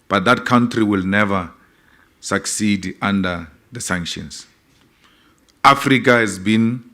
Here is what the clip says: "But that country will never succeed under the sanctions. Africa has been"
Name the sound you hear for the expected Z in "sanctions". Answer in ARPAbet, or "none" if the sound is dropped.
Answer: S